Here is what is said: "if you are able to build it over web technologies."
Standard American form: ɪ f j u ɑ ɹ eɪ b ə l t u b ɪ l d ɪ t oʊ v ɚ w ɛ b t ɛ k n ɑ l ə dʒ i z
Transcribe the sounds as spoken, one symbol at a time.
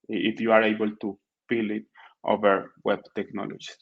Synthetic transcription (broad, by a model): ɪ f j u ɑ ɹ eɪ b ə l t u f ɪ l ɪ t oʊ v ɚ w ɛ b t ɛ k n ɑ l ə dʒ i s